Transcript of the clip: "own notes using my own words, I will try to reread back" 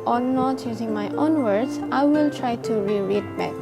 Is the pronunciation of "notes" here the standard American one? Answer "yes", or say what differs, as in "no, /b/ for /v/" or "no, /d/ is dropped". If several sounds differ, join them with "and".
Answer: no, /s/ is dropped